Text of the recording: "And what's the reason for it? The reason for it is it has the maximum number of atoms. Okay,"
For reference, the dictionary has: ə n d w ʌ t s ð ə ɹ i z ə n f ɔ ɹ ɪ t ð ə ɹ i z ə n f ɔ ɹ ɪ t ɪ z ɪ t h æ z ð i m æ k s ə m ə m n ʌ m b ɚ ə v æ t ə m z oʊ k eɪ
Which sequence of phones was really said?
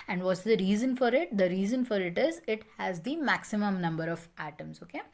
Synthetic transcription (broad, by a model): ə n d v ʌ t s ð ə ɹ i z ə n f ɔ ɹ ɪ t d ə ɹ i z ə n f ɔ ɹ ɪ t ɪ z ɪ t h æ z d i m æ k s ə m ə m n ʌ m b ɚ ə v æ t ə m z oʊ k eɪ